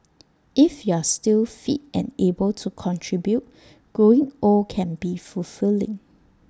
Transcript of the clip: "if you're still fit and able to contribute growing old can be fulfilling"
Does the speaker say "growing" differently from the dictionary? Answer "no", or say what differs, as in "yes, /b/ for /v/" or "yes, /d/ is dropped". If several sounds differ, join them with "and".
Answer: yes, /ɹ/ is dropped